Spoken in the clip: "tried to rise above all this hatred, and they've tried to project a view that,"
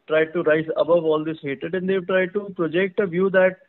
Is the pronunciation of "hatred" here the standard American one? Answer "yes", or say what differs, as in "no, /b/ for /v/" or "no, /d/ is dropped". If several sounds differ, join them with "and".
no, /ɹ/ is dropped